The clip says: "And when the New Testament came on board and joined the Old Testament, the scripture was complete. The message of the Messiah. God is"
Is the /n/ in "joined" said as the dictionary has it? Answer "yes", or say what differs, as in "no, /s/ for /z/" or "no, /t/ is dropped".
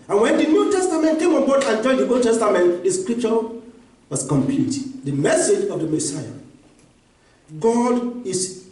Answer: no, /n/ is dropped